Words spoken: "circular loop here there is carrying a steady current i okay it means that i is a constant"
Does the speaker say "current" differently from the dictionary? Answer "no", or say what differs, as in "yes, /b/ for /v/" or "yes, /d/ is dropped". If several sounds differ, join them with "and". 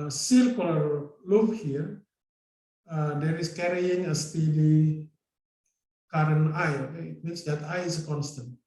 yes, /t/ is dropped